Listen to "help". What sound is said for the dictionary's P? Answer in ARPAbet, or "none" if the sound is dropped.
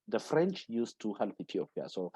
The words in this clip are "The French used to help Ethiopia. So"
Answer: P